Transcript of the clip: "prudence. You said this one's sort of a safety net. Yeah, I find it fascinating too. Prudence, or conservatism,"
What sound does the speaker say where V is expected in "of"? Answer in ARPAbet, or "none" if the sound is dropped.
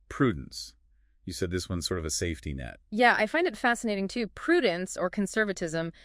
V